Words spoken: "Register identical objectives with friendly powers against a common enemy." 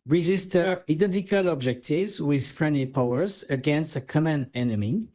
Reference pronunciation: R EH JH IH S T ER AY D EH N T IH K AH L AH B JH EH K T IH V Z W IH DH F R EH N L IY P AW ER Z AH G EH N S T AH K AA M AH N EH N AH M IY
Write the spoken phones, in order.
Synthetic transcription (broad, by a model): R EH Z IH S T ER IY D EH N T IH K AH L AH B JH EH K T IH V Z W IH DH F R EH N L IY P AW ER Z AH G EH N S T AH K AA M AH N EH N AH M IY